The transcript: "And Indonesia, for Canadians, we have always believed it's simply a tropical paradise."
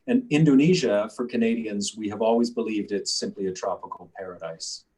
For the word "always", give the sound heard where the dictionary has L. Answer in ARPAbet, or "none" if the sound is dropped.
L